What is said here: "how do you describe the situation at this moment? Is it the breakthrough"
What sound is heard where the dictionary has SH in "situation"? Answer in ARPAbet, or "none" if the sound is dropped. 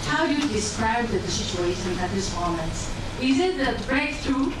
S